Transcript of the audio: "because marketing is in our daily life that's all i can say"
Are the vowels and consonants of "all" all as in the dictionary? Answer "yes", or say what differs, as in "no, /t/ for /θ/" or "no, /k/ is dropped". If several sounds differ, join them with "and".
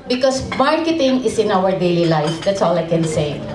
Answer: yes